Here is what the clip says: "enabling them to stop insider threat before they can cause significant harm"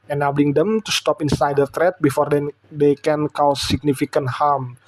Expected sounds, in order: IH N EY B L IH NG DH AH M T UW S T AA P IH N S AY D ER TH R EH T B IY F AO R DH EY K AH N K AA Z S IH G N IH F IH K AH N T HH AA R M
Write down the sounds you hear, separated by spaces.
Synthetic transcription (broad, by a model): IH N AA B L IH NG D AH M T UW S T AA P IH N S AY D ER T R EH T B IY F AO R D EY K AH N K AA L S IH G N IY F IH K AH N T HH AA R M